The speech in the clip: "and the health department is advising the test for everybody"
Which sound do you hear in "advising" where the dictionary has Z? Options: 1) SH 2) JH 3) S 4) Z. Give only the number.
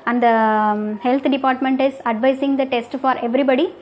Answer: 3